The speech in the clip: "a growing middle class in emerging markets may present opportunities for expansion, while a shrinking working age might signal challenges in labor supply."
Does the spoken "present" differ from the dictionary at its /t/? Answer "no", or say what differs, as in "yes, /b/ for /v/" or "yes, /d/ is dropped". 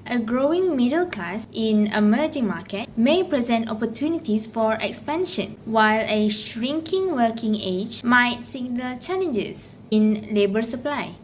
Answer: no